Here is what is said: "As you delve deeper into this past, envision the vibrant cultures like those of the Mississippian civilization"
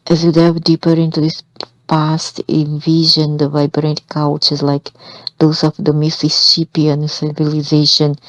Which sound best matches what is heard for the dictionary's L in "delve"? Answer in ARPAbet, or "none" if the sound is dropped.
none